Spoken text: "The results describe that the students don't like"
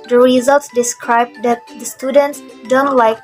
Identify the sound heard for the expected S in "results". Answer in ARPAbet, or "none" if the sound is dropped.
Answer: S